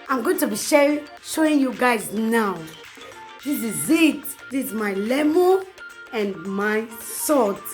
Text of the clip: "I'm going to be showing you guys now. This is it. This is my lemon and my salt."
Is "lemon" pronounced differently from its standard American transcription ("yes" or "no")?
yes